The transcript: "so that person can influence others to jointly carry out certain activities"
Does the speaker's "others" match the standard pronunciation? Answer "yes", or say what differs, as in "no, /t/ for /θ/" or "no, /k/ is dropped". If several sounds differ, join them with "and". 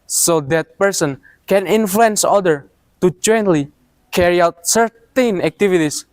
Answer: no, /z/ is dropped